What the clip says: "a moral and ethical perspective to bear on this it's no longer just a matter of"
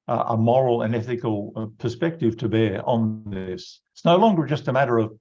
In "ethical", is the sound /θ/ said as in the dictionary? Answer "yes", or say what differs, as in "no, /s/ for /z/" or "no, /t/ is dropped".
yes